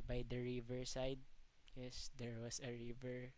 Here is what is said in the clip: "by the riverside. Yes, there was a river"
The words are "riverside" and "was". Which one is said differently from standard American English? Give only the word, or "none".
was